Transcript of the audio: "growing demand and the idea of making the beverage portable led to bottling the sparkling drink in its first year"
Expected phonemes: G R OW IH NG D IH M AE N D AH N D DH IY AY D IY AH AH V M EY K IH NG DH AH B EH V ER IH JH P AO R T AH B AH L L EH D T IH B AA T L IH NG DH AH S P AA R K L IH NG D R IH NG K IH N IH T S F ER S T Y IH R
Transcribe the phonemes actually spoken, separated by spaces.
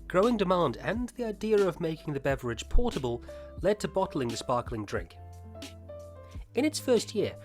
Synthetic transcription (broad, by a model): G R OW IH NG D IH M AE N D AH N DH IY AY D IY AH AH V M EY K IH NG DH AH B EH V ER IH JH P AO R T AH B AH L L EH D T IH B AA T L IH NG DH AH S P AA R K L IH NG D R IH NG K IH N IH T S F ER S T Y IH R